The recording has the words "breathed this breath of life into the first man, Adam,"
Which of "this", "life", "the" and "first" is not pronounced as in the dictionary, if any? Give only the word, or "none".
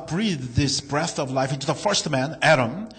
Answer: none